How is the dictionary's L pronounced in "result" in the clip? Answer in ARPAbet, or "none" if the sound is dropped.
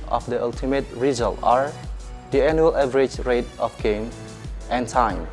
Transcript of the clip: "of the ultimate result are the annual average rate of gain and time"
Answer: L